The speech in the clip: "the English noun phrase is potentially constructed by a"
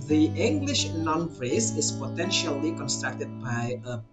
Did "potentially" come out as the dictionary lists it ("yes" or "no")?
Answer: yes